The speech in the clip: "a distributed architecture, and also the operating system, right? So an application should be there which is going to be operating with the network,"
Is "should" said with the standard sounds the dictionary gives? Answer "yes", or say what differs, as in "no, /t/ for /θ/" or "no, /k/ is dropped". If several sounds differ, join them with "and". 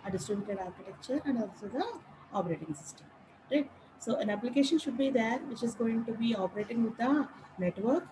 yes